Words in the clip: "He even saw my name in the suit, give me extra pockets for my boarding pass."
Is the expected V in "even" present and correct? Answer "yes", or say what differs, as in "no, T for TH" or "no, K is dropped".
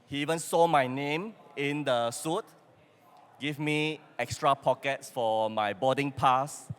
yes